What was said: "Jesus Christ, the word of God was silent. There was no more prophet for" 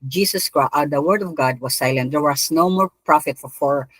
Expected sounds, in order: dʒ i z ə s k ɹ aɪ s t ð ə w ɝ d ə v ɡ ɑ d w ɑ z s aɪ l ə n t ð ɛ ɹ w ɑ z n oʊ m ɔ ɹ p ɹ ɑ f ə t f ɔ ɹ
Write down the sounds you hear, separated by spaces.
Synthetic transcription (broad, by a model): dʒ i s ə s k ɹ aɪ t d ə w ɝ d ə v ɡ ɑ d w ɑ s aɪ l ə n t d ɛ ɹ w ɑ s n oʊ m ɔ ɹ p ɹ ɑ f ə t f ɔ ɹ